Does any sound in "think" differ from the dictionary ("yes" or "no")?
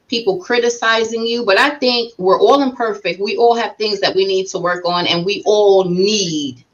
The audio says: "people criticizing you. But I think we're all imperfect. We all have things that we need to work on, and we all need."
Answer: no